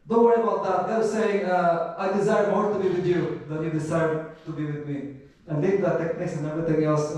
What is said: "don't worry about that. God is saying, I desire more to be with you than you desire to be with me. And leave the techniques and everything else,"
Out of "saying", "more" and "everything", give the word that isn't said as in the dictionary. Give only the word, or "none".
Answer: everything